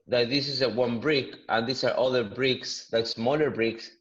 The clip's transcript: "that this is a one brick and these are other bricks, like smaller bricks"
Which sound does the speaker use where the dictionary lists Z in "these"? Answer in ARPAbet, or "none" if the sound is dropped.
S